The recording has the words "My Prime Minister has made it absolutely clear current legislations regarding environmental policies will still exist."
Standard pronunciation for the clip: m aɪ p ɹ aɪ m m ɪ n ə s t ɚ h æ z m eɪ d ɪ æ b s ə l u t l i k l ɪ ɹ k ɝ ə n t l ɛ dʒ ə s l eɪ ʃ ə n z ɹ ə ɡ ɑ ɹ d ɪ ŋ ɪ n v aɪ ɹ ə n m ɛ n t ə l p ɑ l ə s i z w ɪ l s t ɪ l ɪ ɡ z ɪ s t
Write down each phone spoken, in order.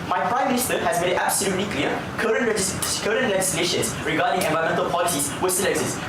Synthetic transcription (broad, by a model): m aɪ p ɹ aɪ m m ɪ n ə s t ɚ h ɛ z m eɪ d ɪ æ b s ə l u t l i k l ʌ ɹ k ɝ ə n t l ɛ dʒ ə s l eɪ ʃ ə n s ɹ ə ɡ ɑ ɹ d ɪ ŋ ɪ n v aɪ ə m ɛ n t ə l p ɑ l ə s i s w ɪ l s t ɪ l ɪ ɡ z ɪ s t